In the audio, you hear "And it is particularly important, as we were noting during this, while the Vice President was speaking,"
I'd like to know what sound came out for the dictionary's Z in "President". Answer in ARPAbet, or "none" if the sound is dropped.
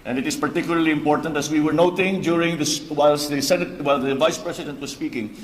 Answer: S